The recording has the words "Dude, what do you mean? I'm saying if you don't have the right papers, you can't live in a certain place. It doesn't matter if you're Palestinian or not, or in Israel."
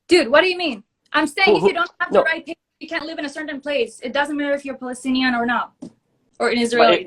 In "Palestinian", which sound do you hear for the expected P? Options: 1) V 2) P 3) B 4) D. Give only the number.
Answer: 2